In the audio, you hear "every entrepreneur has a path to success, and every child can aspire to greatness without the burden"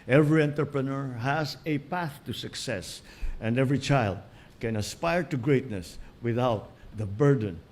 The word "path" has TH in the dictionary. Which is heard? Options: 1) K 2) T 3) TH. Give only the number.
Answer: 3